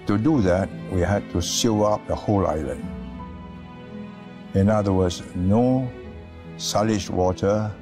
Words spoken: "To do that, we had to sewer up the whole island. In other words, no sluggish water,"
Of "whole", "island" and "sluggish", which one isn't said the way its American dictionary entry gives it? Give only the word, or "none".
sluggish